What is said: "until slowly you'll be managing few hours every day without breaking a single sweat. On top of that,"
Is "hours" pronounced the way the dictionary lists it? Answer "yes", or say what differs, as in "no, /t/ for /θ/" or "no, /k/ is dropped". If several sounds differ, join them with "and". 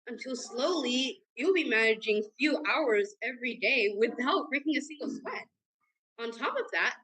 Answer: yes